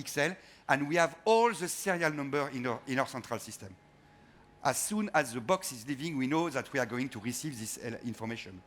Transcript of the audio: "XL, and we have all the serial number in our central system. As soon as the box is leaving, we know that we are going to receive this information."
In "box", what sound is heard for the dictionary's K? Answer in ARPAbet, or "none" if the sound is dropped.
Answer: K